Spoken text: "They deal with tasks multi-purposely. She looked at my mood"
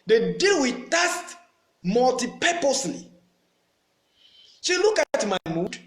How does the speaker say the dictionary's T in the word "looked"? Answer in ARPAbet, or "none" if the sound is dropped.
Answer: none